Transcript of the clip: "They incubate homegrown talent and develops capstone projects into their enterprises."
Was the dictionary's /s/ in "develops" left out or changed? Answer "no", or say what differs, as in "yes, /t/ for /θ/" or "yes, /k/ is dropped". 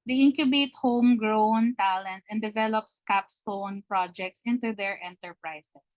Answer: no